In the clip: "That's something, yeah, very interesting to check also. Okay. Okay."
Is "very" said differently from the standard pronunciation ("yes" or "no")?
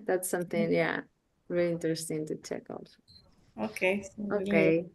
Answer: yes